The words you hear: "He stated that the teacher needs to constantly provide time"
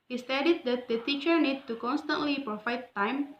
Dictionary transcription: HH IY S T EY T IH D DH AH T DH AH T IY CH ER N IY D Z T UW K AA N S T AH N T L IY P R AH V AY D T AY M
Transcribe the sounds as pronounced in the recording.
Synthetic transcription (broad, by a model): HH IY S T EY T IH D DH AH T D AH T IY CH ER N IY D T UW K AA N S T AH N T L IY P R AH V AY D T AY M